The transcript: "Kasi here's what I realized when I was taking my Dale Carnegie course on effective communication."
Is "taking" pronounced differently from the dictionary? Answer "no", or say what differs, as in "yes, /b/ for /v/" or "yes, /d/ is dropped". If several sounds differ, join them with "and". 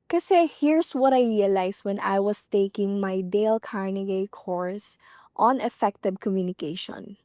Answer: no